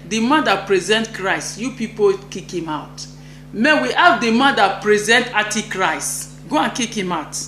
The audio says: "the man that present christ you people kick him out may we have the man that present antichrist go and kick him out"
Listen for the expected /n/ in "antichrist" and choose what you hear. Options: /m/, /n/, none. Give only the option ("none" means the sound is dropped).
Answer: none